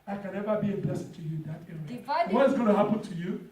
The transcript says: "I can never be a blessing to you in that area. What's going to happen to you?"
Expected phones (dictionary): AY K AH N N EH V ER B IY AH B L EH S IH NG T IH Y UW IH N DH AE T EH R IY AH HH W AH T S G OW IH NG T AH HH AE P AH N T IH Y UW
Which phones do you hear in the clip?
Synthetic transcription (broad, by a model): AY K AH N N EH V ER B IY AH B EH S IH T IH Y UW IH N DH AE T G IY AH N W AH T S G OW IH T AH HH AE P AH N T IH Y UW